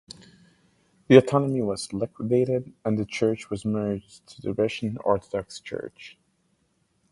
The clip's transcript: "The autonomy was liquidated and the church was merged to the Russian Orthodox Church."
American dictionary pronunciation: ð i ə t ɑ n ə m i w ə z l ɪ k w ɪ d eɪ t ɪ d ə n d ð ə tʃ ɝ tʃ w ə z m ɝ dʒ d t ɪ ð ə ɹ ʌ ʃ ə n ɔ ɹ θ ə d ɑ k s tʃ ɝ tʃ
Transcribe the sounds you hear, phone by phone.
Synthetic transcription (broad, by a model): ð i ə t ɑ n ə m i w ə z l ɪ k w ɪ d eɪ t ɪ d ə n ð ə tʃ ɝ tʃ w ə z m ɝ dʒ t ɪ ð ə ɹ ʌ ʃ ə n ɔ ɹ θ ə d ɑ k s tʃ ɝ tʃ